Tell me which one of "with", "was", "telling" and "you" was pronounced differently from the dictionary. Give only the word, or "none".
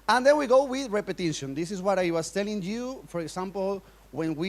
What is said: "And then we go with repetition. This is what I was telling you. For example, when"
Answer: was